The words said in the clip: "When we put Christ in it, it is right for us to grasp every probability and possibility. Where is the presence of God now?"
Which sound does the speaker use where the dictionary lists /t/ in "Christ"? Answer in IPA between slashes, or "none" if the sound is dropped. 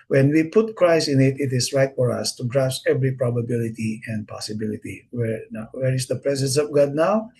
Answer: none